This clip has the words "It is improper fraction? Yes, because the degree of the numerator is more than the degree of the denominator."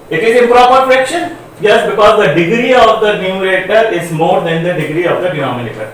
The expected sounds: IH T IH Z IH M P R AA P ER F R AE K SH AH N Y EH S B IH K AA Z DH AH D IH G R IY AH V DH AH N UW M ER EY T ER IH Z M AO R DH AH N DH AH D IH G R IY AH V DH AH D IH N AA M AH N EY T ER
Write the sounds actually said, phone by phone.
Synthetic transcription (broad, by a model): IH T IH Z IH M P R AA P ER P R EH K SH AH N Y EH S B IH K AA Z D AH D IH G R IY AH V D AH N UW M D EY T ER IH Z M AO R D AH N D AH D IH G R IY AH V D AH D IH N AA M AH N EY T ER